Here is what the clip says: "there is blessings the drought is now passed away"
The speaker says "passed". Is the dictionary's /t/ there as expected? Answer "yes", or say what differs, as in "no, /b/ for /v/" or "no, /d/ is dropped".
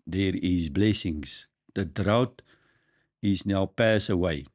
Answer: no, /t/ is dropped